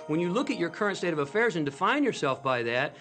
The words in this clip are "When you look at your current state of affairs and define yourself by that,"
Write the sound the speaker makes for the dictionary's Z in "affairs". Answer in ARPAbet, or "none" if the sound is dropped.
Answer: Z